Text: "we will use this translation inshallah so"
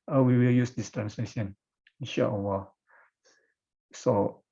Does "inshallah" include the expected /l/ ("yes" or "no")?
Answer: no